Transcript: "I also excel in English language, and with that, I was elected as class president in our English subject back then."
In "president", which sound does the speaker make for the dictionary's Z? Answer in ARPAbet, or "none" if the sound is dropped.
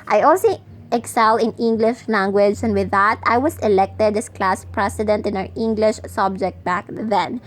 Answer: S